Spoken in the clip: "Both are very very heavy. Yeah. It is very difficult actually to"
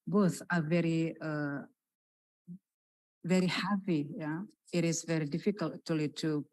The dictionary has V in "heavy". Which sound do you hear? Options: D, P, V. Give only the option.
P